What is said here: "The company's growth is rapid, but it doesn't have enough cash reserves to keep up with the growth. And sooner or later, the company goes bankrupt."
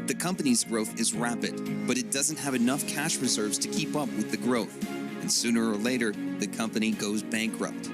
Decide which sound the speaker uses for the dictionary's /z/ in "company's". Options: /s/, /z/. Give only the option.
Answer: /z/